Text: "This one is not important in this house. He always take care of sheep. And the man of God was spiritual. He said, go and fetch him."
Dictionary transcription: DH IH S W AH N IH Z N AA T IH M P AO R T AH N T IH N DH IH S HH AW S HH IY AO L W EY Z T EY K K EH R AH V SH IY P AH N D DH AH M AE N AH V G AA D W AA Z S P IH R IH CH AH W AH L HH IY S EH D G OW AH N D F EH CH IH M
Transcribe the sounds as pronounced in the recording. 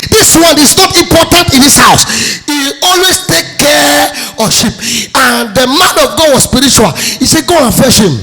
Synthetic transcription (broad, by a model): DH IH S W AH N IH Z N AA T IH M P AO T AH N T IH N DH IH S HH AW S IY AO L W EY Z T EY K K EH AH SH IY P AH N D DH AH M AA N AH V G AA D W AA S P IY R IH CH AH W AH L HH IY S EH G OW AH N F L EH SH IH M